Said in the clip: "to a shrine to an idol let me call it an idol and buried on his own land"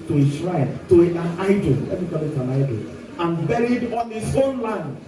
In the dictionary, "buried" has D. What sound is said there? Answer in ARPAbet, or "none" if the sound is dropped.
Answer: D